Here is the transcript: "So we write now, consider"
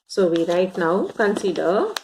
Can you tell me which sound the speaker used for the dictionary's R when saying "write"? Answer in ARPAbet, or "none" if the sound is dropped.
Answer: R